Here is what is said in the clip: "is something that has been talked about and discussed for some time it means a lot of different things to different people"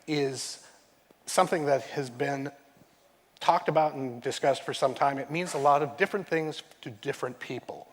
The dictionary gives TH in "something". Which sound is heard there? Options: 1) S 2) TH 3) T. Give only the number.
2